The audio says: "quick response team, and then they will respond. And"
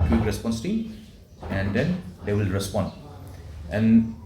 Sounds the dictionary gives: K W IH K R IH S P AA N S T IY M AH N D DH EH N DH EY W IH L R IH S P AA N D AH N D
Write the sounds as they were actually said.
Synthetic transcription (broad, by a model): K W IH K R IH S P AA N S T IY AH N D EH N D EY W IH L R IH S P AA N D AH N